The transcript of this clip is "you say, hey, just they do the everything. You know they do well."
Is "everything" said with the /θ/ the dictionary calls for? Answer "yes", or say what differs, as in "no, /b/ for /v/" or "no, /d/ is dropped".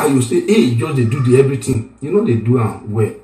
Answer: no, /t/ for /θ/